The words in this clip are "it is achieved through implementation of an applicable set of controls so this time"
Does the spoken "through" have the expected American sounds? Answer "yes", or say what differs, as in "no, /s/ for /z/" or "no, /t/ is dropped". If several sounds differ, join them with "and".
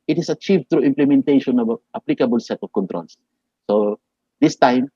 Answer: no, /t/ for /θ/